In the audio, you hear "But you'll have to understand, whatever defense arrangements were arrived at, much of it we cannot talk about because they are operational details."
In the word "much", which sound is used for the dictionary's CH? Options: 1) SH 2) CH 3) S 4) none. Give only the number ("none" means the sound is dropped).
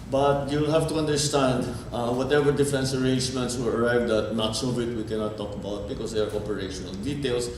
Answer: 3